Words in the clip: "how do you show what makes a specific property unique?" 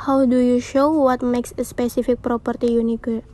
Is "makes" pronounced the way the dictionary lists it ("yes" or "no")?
yes